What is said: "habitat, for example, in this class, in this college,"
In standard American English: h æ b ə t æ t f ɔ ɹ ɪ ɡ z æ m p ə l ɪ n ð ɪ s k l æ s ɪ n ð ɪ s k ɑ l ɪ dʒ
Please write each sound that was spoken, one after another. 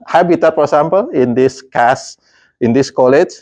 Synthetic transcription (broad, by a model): h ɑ b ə t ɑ t f ɔ ɹ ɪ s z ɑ m p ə l ɪ n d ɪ s k ɑ s ɪ n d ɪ s k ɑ l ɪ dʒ